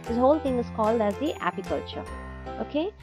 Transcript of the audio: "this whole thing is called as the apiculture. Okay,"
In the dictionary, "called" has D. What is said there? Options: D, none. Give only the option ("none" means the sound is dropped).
D